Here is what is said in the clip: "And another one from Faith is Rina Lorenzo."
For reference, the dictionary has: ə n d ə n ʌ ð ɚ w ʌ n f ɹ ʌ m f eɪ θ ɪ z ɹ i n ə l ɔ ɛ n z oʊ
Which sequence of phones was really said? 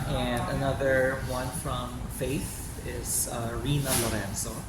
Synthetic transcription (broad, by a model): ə n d ə n ʌ ð ɚ w ʌ n f ɹ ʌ m f eɪ θ ɪ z ɹ i n ə l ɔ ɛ n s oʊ